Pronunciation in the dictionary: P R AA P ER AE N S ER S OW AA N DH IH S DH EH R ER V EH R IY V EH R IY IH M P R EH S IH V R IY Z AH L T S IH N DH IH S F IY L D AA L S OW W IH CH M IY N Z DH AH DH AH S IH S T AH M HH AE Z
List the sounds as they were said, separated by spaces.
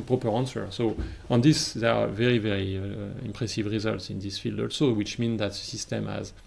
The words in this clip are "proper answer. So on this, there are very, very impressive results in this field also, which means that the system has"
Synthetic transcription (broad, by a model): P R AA P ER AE N S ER S OW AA N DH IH S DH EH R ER V EH R IY V EH R IY IH M P R EH S IH V R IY Z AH L T S IH N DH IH S F IY L D AA L S OW W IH CH M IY N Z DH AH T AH S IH S T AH M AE Z